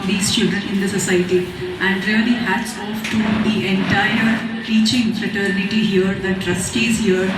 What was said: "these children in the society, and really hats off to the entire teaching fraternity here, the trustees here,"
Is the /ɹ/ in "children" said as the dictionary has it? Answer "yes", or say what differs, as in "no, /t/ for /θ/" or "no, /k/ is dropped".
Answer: no, /ɹ/ is dropped